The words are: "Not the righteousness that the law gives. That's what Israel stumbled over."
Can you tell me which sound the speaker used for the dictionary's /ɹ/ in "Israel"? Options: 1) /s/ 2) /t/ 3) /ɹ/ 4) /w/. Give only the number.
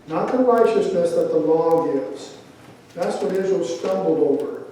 4